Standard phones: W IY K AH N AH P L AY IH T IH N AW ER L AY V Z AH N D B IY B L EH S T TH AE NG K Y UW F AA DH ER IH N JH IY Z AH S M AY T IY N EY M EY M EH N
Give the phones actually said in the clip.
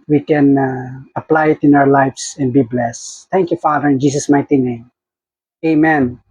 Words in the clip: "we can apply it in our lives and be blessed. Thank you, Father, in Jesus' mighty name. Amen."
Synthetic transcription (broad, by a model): W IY K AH N AH P L AY IH T IH N AW ER L AY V S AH N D B IY B L EH S T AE NG K Y UW F AA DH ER IH N JH IY S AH S M AY T IY N EY M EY M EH N